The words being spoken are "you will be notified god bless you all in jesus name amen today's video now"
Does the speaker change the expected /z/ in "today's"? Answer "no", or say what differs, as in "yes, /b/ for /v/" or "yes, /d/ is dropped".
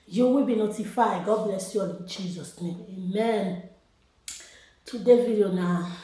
yes, /z/ is dropped